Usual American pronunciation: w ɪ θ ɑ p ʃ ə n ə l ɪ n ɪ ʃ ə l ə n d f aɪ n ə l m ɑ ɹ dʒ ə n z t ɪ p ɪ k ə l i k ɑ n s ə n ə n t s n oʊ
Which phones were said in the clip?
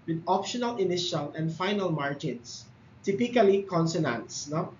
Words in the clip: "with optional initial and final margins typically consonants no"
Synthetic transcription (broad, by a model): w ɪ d ɑ p ʃ ə n ə l ɪ n ɪ ʃ ə l ə n d f aɪ n ə l m ɑ ɹ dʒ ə n s t ɪ p ɪ k ə l i k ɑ n s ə n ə n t s n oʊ